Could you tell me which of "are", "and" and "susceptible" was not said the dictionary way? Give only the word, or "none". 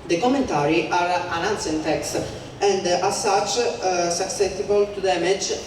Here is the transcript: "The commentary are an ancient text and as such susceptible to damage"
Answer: susceptible